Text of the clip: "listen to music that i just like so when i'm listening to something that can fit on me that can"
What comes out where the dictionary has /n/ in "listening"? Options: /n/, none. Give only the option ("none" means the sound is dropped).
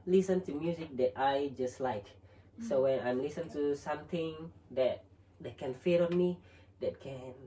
none